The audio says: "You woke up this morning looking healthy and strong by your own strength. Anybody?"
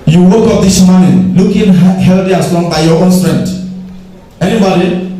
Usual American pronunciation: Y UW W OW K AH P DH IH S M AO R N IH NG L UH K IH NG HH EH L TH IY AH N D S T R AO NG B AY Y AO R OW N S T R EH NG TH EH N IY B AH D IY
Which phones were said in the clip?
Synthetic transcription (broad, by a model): Y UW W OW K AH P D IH S M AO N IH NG L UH K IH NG HH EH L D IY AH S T AO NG B AY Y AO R OW N S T R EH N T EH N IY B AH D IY